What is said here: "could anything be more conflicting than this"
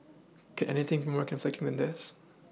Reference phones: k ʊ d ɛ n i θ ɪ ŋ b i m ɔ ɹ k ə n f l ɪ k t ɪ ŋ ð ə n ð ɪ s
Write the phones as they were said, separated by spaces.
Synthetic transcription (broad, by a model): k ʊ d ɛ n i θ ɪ ŋ b i m ɔ ɹ k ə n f l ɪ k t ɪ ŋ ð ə n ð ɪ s